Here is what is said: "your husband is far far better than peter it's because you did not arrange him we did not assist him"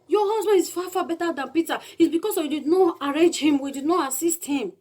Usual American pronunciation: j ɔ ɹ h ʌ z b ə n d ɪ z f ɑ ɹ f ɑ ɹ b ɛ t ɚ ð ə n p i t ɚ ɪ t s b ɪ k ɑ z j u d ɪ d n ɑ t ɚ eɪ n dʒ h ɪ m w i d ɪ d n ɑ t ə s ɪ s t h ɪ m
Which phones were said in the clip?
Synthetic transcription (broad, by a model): j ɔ h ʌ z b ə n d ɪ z f ɑ f ɑ b ɛ t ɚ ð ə n p i t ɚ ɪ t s b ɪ k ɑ s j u d ɪ d n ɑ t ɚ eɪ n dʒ h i m w i d ɪ d n ɑ t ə s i s t h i m